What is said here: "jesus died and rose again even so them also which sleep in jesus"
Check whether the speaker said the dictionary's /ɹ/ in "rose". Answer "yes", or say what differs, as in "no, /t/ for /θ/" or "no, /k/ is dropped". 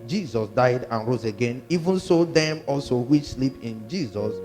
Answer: yes